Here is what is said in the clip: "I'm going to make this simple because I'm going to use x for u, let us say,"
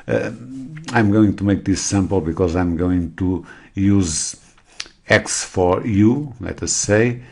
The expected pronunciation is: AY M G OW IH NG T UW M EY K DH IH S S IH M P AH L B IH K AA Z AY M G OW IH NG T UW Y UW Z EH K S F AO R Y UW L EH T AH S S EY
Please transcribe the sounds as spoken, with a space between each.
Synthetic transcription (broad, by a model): AY M G OW IH NG T UW M EY K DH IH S S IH M P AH L B IH K AA Z AY M G OW IH NG T UW Y UW Z EH K S F AO R Y UW L EH T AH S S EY